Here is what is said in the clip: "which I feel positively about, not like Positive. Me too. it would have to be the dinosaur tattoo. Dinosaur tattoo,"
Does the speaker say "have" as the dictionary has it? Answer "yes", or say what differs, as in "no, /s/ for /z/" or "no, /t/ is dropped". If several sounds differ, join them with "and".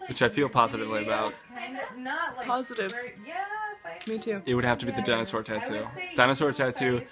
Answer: no, /f/ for /v/